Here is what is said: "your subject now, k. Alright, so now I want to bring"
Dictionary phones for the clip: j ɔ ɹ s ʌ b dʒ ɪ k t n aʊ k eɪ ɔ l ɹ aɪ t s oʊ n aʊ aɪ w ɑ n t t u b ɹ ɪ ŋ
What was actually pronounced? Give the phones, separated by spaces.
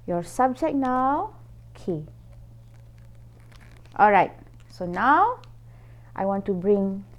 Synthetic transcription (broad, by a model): j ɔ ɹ s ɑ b dʒ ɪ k n aʊ k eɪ ɔ l ɹ aɪ t s oʊ n aʊ aɪ w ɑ n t t u b ɹ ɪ ŋ